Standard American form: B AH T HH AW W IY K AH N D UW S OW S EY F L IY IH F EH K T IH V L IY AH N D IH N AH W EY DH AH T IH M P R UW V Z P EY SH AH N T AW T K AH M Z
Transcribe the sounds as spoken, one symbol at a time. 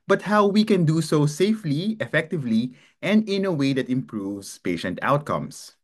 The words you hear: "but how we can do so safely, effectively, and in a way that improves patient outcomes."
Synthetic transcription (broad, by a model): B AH T HH AW W IY K AH N D UW S OW S EY F L IY IH F EH K T IH V L IY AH N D IH N AH W EY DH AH T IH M P R UW V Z P EY SH AH N T AW T K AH M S